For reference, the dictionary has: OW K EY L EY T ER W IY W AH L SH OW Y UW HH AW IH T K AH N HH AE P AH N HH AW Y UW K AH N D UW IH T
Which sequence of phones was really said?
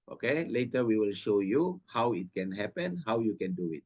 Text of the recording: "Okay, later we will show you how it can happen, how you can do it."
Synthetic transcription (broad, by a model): OW K EY L EY T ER W IY W AH L SH OW Y UW HH AW IH T K AH N HH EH P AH N HH AW Y UW K AH N D UW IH T